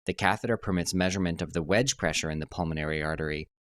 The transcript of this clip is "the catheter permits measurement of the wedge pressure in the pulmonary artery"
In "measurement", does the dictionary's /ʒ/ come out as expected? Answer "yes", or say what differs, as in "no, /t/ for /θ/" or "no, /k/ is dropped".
yes